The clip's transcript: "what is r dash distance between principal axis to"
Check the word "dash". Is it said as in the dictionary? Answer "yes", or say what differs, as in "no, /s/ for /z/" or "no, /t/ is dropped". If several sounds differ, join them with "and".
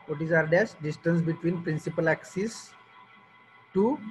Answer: no, /s/ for /ʃ/